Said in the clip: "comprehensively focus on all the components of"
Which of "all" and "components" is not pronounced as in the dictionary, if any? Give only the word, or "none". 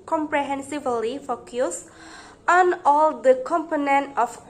components